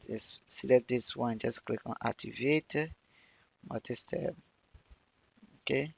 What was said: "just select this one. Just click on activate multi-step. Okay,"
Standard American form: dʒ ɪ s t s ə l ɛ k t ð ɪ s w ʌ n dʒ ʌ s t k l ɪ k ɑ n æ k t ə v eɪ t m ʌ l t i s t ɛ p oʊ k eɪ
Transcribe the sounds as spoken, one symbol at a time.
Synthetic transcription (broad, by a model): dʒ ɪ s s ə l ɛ t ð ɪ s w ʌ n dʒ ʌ s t k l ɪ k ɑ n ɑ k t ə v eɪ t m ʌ t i s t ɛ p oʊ k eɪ